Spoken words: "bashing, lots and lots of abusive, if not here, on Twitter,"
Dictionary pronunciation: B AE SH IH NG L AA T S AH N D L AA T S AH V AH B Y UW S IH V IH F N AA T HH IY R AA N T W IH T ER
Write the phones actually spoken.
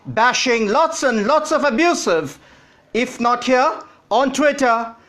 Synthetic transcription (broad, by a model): B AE SH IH NG L AA T S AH N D L AA T S AH V AH B Y UW S IH V IH F N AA T HH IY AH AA N T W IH T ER